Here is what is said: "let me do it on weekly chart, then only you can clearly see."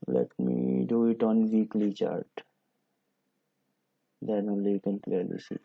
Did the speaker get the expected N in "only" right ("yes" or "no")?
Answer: no